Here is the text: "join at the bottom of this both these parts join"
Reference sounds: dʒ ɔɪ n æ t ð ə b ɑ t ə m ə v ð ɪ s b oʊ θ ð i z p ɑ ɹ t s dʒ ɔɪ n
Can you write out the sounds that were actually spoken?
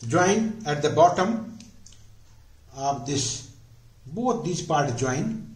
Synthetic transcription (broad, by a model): dʒ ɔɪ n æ t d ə b ɑ t ə m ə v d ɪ s b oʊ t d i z p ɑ ɹ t dʒ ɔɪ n